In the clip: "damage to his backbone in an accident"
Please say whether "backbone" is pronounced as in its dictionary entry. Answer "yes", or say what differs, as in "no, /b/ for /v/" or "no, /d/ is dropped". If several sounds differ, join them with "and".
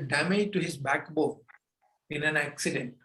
no, /n/ is dropped